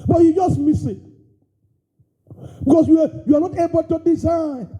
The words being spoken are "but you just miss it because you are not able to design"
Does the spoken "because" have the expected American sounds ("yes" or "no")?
no